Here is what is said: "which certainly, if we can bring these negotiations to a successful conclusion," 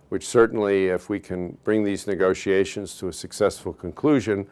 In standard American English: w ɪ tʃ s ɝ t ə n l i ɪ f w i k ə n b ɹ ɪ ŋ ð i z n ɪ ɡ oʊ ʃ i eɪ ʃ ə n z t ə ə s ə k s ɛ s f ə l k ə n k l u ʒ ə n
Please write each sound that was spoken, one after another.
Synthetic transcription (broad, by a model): w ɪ tʃ s ɝ t n l i ɪ f w i k ə n b ɹ ɪ ŋ ð i z n ɪ ɡ oʊ ʃ i eɪ ʃ ə n z t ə ə s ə k s ɛ s f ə l k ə n k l u ʒ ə n